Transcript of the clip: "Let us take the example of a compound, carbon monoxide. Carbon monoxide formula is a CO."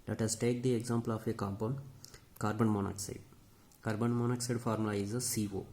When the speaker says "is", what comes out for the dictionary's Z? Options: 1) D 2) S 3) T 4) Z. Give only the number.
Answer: 2